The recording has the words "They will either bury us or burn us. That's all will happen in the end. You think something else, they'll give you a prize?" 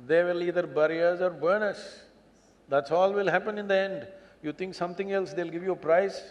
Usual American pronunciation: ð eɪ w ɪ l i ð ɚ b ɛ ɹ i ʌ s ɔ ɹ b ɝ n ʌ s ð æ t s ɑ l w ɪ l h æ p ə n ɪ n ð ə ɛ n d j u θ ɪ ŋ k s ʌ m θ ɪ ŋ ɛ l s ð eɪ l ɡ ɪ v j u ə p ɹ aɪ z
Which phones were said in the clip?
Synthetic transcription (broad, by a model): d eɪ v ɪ l i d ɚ b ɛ ɹ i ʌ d ɔ ɹ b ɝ n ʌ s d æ t s ɑ l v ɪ l h æ p ə n ɪ n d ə ɛ n d j u t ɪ ŋ k s ʌ m t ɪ ŋ ɛ l s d eɪ l ɡ ɪ v j u ə p ɹ aɪ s